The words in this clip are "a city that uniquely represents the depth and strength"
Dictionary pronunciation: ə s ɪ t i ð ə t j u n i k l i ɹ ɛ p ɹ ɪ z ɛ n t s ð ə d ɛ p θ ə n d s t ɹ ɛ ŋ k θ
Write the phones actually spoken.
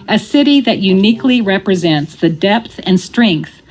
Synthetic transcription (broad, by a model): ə s ɪ t i ð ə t j u n i k l i ɹ ɛ p ɹ ɪ z ɛ n t s ð ə d ɛ p θ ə n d s t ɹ ɛ ŋ k θ